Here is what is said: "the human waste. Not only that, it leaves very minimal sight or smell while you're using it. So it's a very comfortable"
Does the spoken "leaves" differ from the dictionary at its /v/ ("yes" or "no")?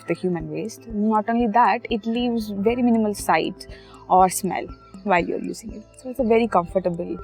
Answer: no